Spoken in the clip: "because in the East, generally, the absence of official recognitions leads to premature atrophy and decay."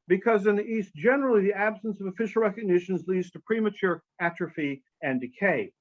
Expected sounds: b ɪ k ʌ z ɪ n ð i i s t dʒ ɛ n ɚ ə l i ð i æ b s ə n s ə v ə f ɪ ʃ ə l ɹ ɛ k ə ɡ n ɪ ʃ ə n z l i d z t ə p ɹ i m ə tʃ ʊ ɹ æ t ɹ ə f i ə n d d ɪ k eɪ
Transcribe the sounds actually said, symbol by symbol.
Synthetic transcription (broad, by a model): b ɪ k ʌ z ɪ n ð i i s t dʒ ɛ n ɚ l i ð i æ b s ə n s ə v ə f ɪ ʃ l ɹ ɛ k ə ɡ n ɪ ʃ ə n z l i d z t ə p ɹ i m ə tʃ ʊ ɹ æ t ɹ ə f i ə n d d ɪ k eɪ